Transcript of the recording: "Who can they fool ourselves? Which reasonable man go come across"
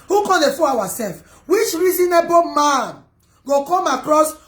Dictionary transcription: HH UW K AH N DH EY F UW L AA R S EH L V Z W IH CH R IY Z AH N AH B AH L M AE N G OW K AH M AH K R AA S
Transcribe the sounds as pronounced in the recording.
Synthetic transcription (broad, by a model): HH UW K AH N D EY F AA W AA S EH L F W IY CH R IY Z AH N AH B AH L M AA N G OW K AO M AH K R AA S